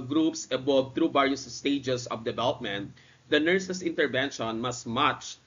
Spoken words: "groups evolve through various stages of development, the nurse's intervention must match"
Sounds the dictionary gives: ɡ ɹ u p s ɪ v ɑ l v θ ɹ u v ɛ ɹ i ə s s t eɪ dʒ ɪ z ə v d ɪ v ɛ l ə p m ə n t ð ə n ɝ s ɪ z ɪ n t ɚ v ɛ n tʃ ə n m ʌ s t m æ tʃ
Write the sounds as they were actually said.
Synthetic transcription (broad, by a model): ɡ ɹ u p s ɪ b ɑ v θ ɹ u b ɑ ɹ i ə s s t eɪ dʒ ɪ s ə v d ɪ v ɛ l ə p m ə n t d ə n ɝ s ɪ s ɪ n t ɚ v ɛ n ʃ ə n m ʌ s t m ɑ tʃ